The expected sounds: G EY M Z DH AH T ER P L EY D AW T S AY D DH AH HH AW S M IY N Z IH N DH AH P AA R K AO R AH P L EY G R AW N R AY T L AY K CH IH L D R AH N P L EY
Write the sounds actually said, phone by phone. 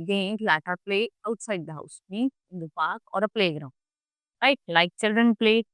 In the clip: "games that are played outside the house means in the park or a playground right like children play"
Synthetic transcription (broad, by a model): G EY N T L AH T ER P L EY AW T S AY D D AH HH AW S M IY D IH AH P AA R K AO R AH P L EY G R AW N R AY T L AY K CH IH L D R AH N P L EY